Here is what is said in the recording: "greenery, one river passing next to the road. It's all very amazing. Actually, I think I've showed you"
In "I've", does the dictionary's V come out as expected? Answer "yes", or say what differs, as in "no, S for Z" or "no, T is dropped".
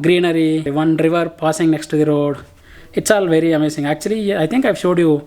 yes